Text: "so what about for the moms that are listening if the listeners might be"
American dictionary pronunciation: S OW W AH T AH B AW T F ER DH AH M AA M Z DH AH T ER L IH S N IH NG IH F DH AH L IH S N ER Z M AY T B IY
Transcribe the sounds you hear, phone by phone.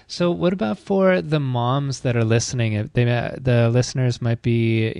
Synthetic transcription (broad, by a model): S OW W AH T AH B AW T F ER DH AH M AA M Z DH AH T ER L IH S N IH NG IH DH DH AH L IH S N ER Z M AY T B IY